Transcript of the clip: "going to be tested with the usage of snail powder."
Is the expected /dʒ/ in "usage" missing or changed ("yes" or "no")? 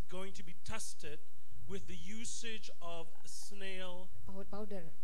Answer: no